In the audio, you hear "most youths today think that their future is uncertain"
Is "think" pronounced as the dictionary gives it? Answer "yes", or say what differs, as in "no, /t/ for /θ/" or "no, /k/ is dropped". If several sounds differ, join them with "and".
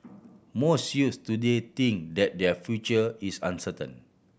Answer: no, /t/ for /θ/